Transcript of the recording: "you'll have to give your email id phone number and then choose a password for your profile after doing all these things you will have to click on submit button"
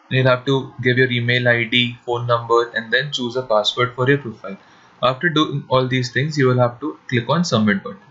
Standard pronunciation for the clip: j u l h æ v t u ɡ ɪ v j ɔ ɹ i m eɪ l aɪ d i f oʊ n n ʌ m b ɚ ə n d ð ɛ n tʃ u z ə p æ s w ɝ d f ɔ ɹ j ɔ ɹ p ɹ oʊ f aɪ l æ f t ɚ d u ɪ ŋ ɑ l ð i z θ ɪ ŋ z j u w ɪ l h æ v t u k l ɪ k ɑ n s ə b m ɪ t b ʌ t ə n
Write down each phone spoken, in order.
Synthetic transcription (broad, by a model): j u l h æ v t u ɡ ɪ v j ɔ ɹ i m eɪ l aɪ d i f oʊ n n ʌ m b ɚ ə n d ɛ n tʃ u z ə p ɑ s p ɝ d f ɔ ɹ j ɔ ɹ p ɹ oʊ f aɪ l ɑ f t ɚ d u ɪ ŋ ɑ l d i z t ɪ ŋ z j u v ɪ l h æ v t u k l ɪ k ɑ n s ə m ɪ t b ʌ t